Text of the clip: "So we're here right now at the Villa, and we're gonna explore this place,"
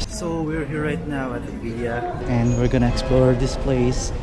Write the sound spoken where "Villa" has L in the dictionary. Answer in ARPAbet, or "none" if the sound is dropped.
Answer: none